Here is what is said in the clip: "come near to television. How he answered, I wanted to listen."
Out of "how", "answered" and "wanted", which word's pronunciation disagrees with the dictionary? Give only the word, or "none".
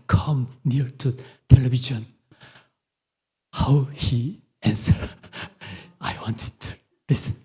answered